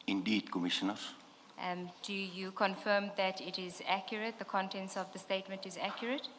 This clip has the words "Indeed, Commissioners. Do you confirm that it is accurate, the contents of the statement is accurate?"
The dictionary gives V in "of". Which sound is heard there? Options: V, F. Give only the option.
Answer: V